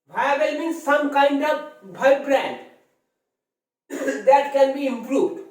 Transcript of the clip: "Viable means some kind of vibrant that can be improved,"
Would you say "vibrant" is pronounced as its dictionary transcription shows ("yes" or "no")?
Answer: no